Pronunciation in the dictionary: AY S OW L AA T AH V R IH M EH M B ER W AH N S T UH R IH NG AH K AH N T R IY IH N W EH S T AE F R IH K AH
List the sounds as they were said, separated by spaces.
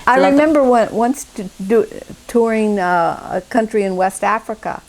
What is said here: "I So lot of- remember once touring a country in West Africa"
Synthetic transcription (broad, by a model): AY AA AH R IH M EH M B ER W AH N S T UH R IH NG AH K AH N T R IY IH N W EH S T AE F R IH K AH